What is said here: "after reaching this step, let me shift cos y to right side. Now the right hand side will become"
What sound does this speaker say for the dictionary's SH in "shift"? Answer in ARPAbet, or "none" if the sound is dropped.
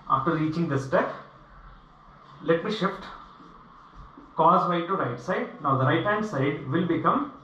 SH